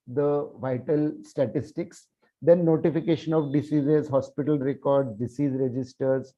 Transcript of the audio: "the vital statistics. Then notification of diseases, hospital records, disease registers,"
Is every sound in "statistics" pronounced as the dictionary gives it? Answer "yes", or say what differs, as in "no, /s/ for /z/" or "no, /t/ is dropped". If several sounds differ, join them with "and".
yes